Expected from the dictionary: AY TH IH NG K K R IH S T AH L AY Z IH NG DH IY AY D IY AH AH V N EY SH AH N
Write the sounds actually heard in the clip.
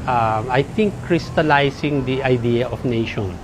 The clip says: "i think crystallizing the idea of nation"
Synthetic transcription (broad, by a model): AY T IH NG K K R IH S T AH L AY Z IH NG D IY AY D IY AH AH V N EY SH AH N